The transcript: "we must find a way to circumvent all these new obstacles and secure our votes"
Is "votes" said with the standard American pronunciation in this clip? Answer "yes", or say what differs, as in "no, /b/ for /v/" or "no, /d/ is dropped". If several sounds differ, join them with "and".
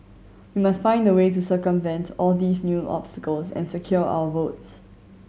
yes